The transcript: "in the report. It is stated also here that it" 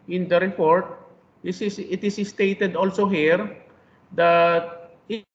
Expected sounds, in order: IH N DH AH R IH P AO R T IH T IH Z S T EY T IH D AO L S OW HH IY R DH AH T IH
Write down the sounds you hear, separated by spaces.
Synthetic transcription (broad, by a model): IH N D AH R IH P AO R T IH T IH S S T EY T IH D AO L S OW HH IY R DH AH T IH